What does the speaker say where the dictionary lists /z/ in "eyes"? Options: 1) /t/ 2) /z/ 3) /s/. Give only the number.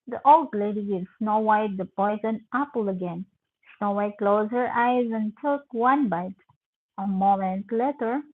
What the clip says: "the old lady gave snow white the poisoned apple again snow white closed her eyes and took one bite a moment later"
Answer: 2